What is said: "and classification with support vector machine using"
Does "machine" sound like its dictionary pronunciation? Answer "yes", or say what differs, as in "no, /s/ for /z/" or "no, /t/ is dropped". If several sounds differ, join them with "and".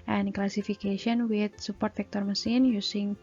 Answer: no, /s/ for /ʃ/